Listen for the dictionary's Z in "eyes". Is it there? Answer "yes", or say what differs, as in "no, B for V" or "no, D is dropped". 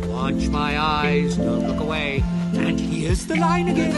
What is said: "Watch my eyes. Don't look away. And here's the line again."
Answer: yes